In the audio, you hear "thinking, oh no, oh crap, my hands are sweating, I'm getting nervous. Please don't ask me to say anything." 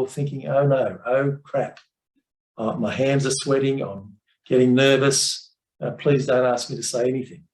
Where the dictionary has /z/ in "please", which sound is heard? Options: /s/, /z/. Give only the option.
/z/